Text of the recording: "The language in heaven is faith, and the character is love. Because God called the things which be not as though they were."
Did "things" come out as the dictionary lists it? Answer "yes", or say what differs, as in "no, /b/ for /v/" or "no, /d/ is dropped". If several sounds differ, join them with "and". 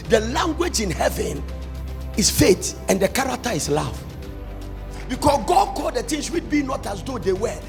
no, /t/ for /θ/ and /s/ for /z/